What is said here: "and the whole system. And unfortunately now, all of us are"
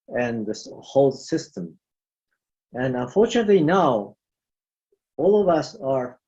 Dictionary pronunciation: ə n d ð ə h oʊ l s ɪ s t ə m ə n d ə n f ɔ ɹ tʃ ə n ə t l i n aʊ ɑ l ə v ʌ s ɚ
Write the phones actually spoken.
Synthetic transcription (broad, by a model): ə n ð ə h oʊ l s ɪ s t ə m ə n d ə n f ɔ ɹ tʃ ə n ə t l i n aʊ ɑ l ə v ʌ s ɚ